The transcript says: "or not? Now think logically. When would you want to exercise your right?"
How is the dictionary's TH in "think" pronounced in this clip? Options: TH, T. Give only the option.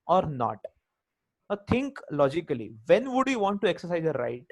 T